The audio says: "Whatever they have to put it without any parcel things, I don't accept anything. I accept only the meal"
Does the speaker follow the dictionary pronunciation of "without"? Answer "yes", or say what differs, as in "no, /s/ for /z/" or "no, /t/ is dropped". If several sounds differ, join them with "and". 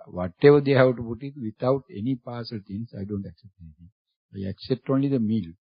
no, /t/ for /θ/